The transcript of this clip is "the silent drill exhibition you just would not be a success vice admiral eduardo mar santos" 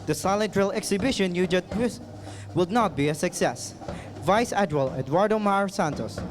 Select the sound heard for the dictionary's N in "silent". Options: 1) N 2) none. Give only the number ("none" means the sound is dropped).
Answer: 2